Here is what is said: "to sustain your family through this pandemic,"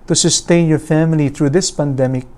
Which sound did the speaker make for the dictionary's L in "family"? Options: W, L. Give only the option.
L